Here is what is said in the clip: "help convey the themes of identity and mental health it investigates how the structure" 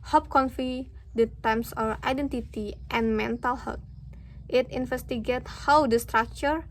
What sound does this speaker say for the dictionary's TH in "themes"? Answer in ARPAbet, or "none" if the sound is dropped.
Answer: T